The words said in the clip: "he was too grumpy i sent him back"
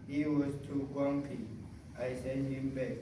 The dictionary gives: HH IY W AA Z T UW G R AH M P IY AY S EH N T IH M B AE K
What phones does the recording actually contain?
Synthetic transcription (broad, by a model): HH IY W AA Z T UW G AO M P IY AY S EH N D IH M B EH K